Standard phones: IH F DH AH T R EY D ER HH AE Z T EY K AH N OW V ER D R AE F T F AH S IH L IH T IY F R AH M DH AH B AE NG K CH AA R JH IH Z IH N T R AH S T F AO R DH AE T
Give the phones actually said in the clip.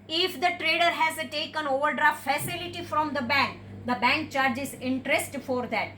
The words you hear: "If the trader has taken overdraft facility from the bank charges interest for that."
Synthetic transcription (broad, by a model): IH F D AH T R EY D ER HH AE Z T EY K AH N OW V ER D R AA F F AH S IH L IH T IY F R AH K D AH B AE NG K CH AA R JH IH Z IH N T R AH S T F AO R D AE T